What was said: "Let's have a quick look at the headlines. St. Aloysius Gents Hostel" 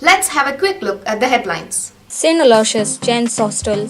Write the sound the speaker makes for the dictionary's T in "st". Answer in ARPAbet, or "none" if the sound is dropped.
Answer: none